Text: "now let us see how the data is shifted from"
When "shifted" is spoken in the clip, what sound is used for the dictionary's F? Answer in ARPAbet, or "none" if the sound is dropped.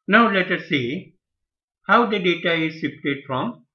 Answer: P